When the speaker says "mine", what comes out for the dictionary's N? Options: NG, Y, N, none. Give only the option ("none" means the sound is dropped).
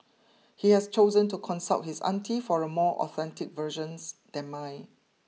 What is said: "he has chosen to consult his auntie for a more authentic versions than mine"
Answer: none